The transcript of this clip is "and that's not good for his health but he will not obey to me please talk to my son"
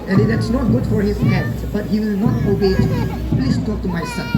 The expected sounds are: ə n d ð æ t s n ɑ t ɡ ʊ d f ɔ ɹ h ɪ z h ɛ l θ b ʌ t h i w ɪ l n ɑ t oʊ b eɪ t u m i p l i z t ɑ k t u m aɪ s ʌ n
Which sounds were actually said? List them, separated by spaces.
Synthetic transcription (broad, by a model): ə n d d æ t s n ɑ t ɡ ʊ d f ɔ ɹ h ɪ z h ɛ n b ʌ t h i w ɪ l n ɑ t oʊ b eɪ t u m i p l i s t ɑ k t u m aɪ s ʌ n